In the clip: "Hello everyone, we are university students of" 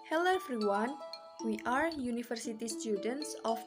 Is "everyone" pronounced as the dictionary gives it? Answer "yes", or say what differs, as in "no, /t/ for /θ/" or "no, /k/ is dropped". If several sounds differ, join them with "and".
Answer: no, /f/ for /v/